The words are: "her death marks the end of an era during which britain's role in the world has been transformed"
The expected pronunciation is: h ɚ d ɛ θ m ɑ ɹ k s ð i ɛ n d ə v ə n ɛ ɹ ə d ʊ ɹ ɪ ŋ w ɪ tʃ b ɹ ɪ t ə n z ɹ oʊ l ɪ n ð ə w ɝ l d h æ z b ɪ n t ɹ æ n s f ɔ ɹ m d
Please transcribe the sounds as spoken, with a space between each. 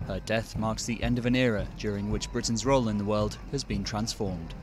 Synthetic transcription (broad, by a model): h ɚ d ɛ θ m ɑ ɹ k s ð i ɛ n d ə v ə n ɛ ɹ ə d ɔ ɹ ɪ ŋ w ɪ tʃ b ɹ ɪ t n z ɹ oʊ l ɪ n ð ə w ɝ l d h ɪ z b ɪ n t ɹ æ n s f ɔ ɹ m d